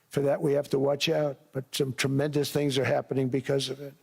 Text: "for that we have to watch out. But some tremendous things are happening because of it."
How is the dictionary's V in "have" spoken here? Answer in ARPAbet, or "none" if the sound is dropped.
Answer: F